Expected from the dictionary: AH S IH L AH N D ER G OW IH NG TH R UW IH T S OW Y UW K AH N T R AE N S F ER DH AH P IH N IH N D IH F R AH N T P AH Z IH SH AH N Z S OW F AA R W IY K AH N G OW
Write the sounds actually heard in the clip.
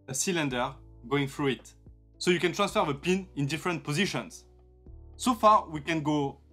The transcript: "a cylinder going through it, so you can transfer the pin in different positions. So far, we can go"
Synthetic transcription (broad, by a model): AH S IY L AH N D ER G OW IH NG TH R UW IH T S OW Y UW K AH N T R AE N S F ER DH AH P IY N IH N D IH F R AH N T P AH Z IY SH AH N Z S OW F AA R W IY K AH N G OW